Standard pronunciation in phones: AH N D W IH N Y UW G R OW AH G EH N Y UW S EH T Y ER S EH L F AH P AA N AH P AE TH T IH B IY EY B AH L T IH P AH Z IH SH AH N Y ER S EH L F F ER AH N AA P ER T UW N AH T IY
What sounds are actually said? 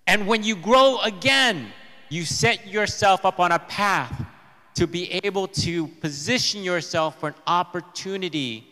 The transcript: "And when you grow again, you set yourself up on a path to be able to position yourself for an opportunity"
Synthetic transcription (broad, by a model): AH N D W IH N Y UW G R OW AH G EH N Y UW S EH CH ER S EH L F AH P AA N AH P AE TH T IH B IY EY B AH L T IH P AH Z IH SH AH N Y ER S EH L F F ER AH N AA P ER T UW N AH T IY